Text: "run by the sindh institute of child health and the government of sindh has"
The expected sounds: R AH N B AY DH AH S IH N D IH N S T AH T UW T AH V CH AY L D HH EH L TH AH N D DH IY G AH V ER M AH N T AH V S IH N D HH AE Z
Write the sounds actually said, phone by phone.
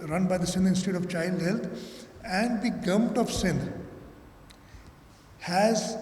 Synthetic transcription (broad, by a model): R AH N B AY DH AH S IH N IH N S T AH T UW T AH V CH AY L D HH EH L T AH N D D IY G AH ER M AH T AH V S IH N HH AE Z